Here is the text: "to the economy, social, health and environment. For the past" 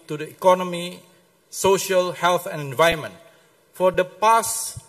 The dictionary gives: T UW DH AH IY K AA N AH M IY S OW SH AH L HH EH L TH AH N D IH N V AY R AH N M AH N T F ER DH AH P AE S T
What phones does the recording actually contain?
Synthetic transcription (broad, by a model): T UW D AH IY K AA N AH M IY S OW SH AH L HH EH L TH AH N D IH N V AY AH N M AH N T F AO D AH P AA S